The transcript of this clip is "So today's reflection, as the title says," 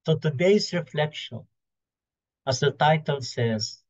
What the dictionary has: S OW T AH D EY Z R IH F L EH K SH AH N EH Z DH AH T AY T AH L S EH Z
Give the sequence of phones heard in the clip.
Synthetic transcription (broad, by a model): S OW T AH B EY S R IH F L EH K SH AH N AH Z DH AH T AY T AH L S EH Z